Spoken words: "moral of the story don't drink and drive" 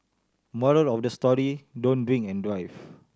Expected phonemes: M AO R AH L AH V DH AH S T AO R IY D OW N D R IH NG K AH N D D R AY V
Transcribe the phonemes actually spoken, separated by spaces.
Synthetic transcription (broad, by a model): M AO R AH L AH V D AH S T AO R IY D OW N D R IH NG AH N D D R AY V